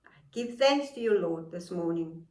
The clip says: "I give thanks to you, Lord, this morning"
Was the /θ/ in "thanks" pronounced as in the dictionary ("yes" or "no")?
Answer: yes